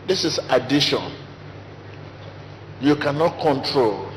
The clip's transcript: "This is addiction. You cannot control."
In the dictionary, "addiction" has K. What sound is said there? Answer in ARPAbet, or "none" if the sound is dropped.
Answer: none